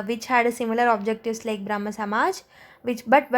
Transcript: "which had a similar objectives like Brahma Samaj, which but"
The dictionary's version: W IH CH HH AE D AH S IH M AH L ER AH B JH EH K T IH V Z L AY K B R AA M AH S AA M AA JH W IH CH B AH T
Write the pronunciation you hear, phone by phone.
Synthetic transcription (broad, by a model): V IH CH HH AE D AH S IH M AH L ER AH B JH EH K T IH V S L AY K B R AA M AH S AA M AA JH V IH CH B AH T